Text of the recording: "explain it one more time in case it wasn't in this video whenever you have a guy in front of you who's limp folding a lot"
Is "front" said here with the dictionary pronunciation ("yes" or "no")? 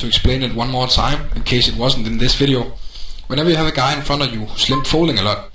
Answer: no